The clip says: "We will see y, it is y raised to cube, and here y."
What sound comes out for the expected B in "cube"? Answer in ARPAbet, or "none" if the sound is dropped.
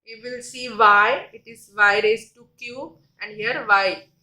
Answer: none